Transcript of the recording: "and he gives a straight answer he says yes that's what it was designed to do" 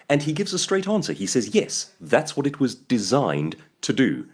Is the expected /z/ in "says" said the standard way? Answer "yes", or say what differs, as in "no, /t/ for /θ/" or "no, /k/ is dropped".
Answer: yes